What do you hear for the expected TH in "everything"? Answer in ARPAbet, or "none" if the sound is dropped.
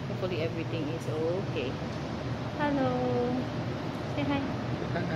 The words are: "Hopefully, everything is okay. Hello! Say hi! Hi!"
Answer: T